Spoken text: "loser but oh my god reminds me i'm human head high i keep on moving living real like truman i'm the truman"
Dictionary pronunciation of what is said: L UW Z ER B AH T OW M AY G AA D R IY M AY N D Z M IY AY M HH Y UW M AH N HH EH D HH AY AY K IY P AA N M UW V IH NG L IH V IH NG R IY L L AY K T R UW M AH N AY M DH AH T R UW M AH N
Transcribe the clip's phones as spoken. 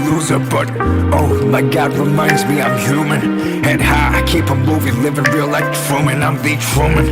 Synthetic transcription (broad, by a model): L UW Z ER B AH T OW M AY G AA D R IY M AY N D Z M IY AY M HH Y UW M AH N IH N HH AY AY K IY P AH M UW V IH L IH V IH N R IY L L AY K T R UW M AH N AY M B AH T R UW M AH N